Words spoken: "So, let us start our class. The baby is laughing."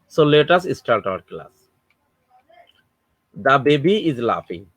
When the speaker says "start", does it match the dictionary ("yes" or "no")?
no